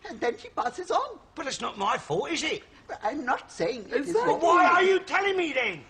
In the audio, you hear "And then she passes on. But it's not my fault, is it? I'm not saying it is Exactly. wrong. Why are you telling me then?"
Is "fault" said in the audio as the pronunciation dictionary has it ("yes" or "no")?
no